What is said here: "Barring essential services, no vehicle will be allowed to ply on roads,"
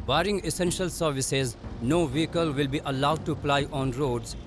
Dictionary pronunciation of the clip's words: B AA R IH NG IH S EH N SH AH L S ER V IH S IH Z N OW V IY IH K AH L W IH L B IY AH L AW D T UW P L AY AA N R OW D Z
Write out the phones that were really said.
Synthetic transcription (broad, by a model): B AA R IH NG IH S EH N SH AH L S ER V IH S IH Z N OW V IY IH K AH L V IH L B IY AH L AW D T UW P L AY AA N R OW D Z